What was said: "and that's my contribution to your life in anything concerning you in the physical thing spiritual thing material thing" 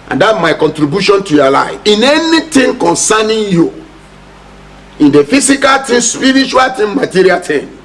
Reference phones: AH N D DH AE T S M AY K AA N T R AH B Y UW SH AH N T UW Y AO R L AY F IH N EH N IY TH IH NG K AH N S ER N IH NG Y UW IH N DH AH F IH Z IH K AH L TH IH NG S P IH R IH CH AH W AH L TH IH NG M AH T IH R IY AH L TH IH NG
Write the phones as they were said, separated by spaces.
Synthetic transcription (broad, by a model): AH N D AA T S M AY K AA N T R AH B Y UW SH AH N T UW Y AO L AY F IH N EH N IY T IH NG K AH N S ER N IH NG Y UW IH N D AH F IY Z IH K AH L T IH S P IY R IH CH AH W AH L T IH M M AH T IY R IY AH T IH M